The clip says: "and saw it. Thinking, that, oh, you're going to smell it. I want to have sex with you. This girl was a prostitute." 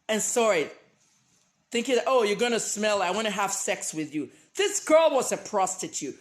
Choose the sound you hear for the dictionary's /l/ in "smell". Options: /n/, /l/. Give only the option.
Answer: /l/